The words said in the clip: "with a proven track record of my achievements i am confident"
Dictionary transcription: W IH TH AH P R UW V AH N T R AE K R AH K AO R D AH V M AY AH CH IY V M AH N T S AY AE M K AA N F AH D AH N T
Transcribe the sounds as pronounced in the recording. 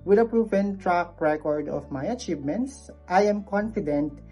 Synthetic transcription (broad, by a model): W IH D AH P R UW V AH N T R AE K R AH K AO R D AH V M AY AH CH IY V M AH N T S AY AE M K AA N F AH D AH N T